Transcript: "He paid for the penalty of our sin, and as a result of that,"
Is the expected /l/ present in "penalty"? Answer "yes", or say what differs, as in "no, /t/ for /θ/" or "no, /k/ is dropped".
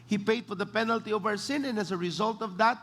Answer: yes